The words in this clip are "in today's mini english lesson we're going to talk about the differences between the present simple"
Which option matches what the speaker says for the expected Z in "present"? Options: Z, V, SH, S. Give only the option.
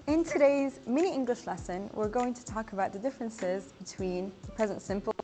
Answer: Z